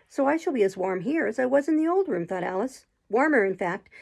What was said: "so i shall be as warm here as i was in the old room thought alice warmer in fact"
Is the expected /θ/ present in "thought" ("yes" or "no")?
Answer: yes